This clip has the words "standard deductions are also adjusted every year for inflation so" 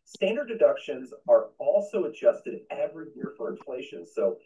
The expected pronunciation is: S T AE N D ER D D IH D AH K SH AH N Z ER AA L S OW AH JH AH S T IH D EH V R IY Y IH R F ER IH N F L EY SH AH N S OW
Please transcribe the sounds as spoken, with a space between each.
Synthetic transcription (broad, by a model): S T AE N D ER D D IH D AH K SH AH N Z ER AA L S OW AH JH AH S T IH D EH V R IY Y IH R F ER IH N F L EY SH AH N S OW